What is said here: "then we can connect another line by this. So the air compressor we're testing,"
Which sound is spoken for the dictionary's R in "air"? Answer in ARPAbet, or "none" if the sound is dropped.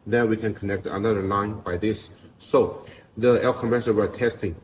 L